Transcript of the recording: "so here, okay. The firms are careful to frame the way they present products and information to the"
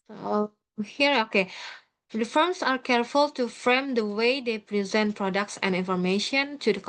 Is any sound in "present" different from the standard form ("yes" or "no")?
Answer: no